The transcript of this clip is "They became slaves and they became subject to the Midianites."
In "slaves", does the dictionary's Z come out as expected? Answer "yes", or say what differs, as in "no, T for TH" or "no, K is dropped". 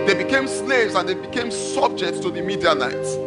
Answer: yes